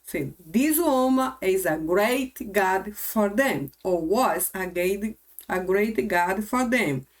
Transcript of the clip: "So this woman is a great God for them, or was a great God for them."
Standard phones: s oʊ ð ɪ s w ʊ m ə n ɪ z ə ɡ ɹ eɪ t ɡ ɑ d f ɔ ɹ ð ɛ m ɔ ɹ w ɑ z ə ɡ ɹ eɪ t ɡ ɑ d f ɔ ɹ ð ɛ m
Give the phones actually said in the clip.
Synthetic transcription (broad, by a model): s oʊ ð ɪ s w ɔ m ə ɪ z ə ɡ ɹ eɪ t ɡ ɑ d f ɔ ɹ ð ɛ m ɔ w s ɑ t ə ɡ ɹ eɪ t ɡ ɑ d f ɔ ɹ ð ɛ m